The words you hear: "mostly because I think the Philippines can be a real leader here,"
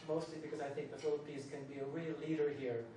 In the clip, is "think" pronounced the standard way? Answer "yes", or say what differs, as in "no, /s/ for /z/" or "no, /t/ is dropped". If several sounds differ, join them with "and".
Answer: yes